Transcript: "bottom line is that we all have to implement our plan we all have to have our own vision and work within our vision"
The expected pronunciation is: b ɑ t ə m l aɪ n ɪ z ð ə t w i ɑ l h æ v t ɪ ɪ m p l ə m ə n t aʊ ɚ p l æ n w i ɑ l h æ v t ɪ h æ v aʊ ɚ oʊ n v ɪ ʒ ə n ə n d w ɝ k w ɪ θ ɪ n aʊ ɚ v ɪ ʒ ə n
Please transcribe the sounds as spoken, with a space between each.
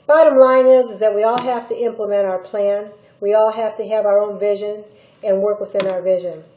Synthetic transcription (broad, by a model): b ɑ t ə m l aɪ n ɪ z ð ə t w i ɑ l h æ f t ɪ ɪ m p l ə m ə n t aʊ ɚ p l æ n w i ɑ l h æ f t ɪ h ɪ v aʊ ɚ oʊ n v ɪ ʒ ə n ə n w ɝ k w ɪ θ ɪ n aʊ ɚ v ɪ ʒ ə n